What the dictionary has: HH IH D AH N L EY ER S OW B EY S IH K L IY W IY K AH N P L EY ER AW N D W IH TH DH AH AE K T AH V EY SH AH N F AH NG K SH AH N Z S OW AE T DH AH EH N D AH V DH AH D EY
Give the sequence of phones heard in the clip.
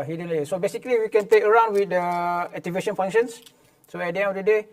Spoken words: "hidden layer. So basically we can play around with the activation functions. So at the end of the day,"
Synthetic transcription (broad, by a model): HH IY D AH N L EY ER S OW B EY S IH K L IY W IY K AH N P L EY ER AW N D W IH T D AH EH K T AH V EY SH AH N F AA NG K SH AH N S S OW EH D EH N AH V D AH D EY